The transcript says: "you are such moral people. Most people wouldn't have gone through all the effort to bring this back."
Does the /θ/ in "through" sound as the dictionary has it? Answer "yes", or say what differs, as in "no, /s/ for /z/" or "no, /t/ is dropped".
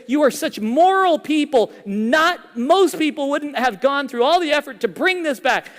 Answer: yes